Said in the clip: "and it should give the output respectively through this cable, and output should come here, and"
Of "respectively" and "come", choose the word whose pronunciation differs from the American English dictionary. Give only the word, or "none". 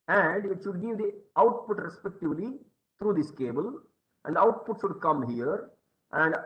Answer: none